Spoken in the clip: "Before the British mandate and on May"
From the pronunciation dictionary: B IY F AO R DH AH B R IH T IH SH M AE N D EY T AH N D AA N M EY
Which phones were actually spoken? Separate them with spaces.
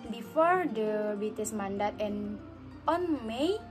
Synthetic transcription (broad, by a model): B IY F AO R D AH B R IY T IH S M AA N D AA T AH N AA N M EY